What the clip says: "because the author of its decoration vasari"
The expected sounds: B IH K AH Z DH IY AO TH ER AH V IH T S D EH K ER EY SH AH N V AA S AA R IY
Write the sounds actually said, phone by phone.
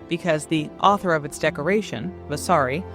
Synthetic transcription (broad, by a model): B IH K AH Z DH IY AO TH ER AH V IH T S D EH K ER EY SH AH N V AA S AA R IY